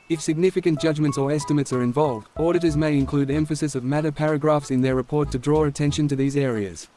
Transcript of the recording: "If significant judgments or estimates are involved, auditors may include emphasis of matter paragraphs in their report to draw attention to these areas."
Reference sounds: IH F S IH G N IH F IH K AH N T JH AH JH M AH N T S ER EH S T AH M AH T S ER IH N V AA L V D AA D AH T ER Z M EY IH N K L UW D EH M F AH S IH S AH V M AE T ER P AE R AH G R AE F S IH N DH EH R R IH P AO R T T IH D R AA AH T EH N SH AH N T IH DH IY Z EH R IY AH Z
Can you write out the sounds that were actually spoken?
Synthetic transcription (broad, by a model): IH F S IH G N IH F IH K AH N JH AH JH M AH N T S ER EH S T AH M AH T S ER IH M V AA L V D AA D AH T ER Z M EY IH N K L UW D EH M F AH S IH S AH V M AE T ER P AE R AH G R AE F S IH N DH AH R R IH P AO R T T IH D R AA AH T EH N SH AH N T IH DH IY Z EH R IY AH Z